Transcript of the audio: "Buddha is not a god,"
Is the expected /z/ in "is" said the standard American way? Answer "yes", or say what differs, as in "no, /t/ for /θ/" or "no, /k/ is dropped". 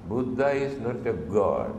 no, /s/ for /z/